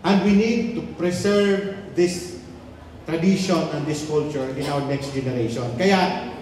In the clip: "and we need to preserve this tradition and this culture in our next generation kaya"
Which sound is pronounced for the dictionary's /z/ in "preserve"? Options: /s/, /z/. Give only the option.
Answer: /s/